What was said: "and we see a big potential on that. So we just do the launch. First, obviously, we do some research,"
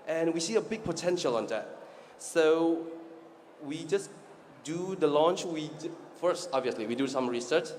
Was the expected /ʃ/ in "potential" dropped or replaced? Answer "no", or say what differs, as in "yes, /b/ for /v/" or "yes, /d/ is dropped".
no